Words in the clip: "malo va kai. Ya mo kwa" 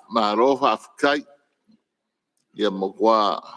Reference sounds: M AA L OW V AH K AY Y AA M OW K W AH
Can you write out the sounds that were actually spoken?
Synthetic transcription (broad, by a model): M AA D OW F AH K AY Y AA M OW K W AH